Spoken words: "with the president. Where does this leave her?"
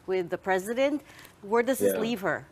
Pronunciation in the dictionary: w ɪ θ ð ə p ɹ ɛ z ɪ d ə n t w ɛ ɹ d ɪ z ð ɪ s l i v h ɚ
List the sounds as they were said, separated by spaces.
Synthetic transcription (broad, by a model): w ɪ ð ə p ɹ ɛ z ɪ d ə n t w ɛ ɹ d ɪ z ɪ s l i v h ɚ